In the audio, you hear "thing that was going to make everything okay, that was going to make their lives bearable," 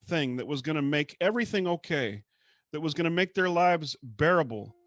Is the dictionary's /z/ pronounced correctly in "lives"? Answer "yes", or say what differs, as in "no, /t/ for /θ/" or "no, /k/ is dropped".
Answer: yes